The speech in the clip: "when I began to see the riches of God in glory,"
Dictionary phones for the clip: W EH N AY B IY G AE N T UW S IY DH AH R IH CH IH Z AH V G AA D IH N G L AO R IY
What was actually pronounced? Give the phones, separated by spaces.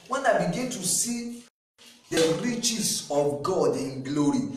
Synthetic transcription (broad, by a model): W EH N AY B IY G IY N T UW S IY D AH R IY CH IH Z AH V G AA D IH N G L AO R IY